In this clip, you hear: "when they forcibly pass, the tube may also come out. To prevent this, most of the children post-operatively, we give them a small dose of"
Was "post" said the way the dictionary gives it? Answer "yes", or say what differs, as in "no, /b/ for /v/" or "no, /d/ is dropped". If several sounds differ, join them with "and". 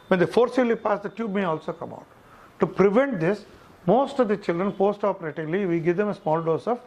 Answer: yes